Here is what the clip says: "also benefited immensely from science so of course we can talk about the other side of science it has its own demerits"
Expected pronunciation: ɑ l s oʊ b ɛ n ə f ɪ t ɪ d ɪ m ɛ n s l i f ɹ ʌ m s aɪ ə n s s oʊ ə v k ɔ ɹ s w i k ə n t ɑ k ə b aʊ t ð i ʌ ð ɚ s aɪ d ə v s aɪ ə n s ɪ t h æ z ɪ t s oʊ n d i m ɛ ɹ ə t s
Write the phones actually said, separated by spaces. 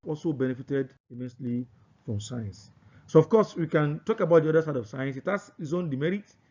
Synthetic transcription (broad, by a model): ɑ l s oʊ b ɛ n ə f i t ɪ d ɪ m ɛ n s l i f ɹ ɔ m s aɪ ə n s s oʊ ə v k ɔ s w i k ə n t ɑ k ə b aʊ t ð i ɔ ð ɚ s aɪ d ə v s aɪ ə n s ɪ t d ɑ s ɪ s oʊ n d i m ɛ ɹ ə t